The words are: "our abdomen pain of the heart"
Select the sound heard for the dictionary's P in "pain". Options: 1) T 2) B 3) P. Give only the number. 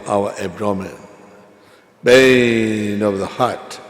2